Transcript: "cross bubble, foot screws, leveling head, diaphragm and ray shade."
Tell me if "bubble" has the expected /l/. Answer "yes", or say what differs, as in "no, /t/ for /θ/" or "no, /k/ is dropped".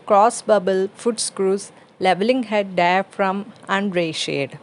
yes